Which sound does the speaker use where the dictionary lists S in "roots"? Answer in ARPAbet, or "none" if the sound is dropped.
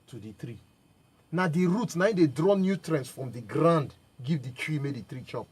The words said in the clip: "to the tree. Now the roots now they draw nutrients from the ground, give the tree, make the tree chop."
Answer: none